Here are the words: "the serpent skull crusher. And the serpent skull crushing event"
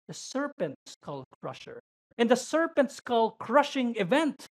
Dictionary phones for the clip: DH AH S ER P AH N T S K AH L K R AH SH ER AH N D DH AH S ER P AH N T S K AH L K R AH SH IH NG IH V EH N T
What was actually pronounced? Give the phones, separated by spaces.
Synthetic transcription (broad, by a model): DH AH S ER P AH N T S K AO L K R AH SH ER AH N D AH S ER P AH N T S K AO L K R AH SH IH NG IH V EH N T